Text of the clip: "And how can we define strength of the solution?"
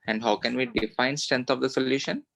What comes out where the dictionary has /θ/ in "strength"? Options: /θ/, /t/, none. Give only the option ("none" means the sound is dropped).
/t/